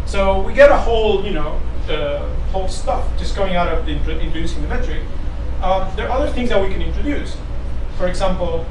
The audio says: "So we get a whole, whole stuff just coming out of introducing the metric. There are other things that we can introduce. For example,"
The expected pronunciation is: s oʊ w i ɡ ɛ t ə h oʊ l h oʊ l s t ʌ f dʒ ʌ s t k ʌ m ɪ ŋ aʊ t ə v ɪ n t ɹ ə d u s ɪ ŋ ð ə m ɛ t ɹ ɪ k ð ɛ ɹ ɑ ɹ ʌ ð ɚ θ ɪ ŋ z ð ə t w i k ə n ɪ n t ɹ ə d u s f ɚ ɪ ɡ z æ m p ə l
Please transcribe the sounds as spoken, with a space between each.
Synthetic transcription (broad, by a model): s oʊ w i ɡ ɛ t ə h oʊ l h oʊ l s t ʌ f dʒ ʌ s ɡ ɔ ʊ ɪ ŋ aʊ t ə v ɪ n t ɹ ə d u s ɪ ŋ ð ə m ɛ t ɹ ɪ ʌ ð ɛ ɹ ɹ ʌ ð ɚ θ ɪ ŋ z ð ə t w i k ə n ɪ n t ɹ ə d u s f ɚ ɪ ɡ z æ m p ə l